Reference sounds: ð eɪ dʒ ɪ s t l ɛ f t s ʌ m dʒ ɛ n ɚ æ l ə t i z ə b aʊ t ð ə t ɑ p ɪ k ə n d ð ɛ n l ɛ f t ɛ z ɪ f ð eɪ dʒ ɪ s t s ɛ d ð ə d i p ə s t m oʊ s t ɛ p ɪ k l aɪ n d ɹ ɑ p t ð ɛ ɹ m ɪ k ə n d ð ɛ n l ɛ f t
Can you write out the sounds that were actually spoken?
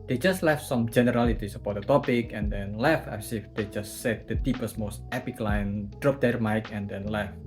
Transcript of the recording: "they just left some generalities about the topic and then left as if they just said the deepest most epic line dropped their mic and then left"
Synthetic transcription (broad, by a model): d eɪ dʒ ɪ s t l ɛ f t s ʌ m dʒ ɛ n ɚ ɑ l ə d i s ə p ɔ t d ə t ɑ p ɪ k ə n d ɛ n l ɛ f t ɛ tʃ ɪ f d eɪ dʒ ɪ s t s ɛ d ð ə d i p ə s m oʊ s t ɛ p ɪ k l aɪ n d ɹ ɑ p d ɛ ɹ m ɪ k ə n d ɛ n l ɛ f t